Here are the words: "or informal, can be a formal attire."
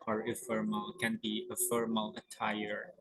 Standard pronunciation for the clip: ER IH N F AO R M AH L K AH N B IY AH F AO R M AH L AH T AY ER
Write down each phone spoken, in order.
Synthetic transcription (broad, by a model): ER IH F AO R M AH L K AH N B IY AH F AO R M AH L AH T AY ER